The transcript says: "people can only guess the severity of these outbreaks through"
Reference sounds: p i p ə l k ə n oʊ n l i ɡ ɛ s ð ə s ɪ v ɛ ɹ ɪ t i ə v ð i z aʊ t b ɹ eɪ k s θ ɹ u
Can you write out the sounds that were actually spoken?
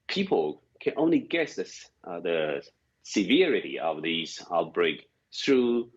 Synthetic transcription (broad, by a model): p i p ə l k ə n oʊ n l i ɡ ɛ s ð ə s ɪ v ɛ ɹ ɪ t i ə v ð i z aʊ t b ɹ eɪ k θ ɹ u